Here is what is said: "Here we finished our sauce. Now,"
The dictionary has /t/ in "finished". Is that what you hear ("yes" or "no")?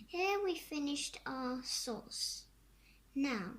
yes